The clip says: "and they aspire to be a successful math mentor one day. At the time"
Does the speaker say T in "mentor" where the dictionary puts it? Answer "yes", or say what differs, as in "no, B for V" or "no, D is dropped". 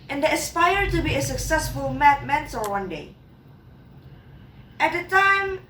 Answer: no, S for T